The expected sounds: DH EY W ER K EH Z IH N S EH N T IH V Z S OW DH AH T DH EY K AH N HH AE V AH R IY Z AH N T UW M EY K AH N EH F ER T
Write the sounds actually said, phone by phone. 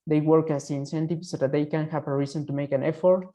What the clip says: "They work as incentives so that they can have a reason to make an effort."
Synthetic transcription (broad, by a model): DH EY W ER K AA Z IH N S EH N T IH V S OW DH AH T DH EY K AH N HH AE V AH R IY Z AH N T UW M EY K AH N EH F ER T